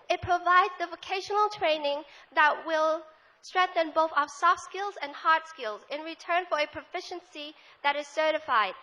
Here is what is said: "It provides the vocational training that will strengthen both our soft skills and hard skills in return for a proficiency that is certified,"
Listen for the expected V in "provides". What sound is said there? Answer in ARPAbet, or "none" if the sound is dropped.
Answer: V